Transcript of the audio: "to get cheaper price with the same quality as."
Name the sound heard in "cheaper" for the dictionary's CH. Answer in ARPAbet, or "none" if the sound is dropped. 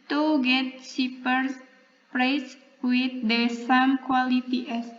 S